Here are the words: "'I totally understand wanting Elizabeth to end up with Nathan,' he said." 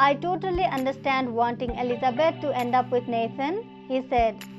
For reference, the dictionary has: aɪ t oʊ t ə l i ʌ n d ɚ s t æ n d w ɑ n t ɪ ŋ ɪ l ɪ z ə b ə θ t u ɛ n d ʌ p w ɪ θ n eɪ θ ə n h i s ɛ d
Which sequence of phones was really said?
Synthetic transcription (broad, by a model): aɪ t oʊ t ə l i ʌ n d ɚ s t æ n d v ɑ n t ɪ ŋ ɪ l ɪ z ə b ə t t u ɛ n d ʌ p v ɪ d n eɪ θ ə n h i s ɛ d